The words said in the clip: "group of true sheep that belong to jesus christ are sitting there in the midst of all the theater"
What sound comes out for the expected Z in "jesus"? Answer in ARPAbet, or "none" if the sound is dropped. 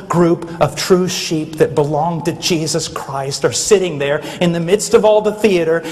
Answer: Z